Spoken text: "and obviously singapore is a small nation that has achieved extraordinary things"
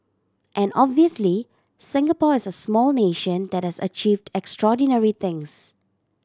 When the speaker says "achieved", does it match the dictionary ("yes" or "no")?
yes